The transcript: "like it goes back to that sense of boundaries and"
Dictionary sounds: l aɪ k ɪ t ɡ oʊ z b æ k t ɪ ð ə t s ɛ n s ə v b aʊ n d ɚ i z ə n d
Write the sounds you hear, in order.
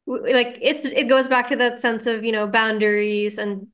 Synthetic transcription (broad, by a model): l aɪ k ɪ t ɡ oʊ z b æ k t ɪ ð ə t s ɛ n s ə v b aʊ n d ɚ i z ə n